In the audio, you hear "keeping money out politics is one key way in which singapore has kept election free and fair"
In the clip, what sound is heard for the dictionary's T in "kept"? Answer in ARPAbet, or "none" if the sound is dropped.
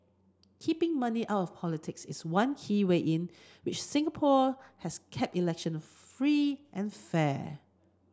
T